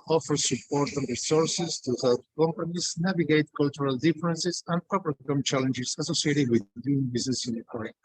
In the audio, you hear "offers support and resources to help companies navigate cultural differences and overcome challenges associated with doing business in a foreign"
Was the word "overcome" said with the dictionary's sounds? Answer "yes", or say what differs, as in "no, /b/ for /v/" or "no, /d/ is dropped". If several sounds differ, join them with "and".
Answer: no, /p/ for /v/